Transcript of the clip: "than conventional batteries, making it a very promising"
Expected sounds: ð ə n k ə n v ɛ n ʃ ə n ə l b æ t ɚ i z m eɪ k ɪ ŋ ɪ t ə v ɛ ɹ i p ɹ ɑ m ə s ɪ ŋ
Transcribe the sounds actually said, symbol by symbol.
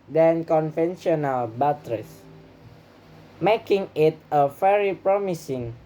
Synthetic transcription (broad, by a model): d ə n k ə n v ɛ n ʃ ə n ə l b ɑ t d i s m eɪ k ɪ ŋ ɪ t ə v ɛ ɹ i p ɹ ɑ m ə s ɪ ŋ